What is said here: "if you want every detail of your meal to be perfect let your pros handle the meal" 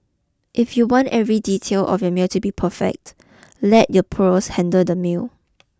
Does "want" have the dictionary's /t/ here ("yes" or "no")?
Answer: yes